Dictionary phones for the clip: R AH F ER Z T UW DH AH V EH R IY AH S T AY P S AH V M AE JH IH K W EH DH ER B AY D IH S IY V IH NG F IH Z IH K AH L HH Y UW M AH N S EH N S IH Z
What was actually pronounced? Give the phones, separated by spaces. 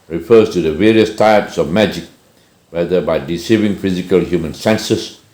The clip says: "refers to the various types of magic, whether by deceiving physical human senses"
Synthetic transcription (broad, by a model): R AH F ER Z T UW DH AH V EH R IY AH S T AY P S AH V M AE JH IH K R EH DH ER B AY D IH S IY V IH NG F IH Z IH K AH L HH Y UW M AH N S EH N S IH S